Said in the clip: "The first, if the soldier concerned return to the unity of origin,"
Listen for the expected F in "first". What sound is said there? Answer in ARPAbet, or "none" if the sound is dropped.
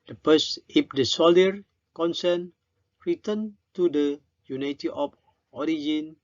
P